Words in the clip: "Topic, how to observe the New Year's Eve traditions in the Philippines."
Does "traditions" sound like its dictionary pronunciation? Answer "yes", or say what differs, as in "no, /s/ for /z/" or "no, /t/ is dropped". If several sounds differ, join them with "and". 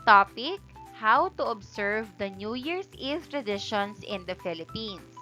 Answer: no, /s/ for /z/